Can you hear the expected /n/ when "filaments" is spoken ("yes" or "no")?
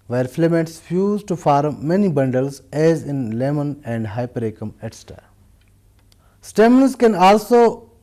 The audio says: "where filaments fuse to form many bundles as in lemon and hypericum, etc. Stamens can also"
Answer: no